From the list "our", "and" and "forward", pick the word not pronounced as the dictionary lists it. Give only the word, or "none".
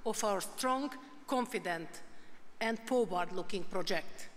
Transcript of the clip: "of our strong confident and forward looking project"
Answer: forward